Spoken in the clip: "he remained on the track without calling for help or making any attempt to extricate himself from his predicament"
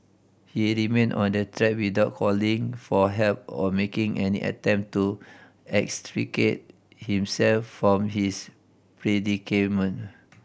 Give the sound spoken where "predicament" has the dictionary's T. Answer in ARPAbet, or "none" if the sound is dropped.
none